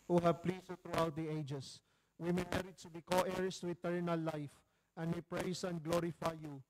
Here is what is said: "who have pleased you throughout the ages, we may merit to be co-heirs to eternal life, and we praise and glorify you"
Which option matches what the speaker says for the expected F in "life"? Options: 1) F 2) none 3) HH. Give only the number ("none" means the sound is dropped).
1